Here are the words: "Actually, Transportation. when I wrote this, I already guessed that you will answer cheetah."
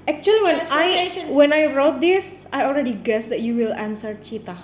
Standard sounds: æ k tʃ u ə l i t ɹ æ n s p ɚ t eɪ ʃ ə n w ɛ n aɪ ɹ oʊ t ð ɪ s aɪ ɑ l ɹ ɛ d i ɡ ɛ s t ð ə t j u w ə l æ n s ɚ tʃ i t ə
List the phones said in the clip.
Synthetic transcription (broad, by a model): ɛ k tʃ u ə l i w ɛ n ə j w ɛ n aɪ ɹ oʊ t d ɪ s aɪ ɑ l ɹ ɛ d i ɡ ɛ s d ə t j u w ə l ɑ n s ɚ tʃ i t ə